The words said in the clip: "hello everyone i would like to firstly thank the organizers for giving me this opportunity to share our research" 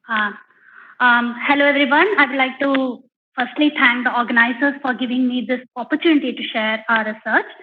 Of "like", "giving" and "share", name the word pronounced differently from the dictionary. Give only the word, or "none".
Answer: none